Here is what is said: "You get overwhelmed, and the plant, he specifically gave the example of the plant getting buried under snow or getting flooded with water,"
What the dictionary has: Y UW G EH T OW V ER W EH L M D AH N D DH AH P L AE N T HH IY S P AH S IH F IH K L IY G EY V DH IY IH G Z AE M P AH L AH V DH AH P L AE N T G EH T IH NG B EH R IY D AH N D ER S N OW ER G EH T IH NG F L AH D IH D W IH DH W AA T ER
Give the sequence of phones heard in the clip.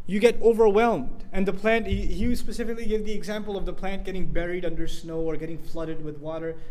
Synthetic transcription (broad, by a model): Y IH G EH T OW V ER W EH L M D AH N DH AH P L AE N T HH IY S P AH S IH F IH K L IY G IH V DH IY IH G Z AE M P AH L AH V DH AH P L AE N T G EH T IH NG B EH R IY D AH N D ER S N OW ER G EH T IH NG F L AH D IH D W IH DH W AA T ER